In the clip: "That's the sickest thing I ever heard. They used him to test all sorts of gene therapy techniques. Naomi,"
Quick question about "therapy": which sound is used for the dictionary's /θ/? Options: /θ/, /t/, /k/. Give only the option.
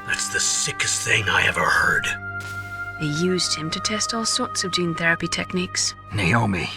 /θ/